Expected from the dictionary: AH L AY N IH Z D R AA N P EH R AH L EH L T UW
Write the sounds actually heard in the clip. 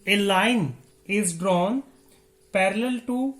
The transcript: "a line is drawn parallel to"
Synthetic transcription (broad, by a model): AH L AY N IH Z D R AA N P EH R AH L EH L T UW